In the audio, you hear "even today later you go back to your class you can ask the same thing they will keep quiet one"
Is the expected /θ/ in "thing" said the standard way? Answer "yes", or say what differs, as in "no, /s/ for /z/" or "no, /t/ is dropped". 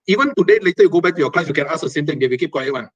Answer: no, /t/ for /θ/